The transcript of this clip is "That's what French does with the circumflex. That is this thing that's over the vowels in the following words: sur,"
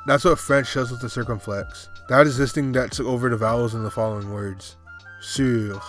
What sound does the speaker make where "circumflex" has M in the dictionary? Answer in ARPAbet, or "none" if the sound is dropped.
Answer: M